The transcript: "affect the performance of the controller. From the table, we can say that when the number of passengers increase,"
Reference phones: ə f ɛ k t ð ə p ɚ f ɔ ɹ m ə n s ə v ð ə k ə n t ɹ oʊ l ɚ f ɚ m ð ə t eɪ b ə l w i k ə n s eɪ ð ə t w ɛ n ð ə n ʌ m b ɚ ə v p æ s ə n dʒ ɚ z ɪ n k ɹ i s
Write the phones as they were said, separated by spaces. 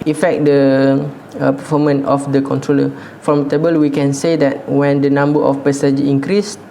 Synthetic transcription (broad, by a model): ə f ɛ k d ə p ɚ f ɔ m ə n ə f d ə k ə n t ɹ oʊ l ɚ f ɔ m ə t eɪ b ə l w i k ə n s eɪ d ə t w ɛ n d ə n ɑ m b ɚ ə f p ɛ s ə dʒ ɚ ɪ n k ɹ i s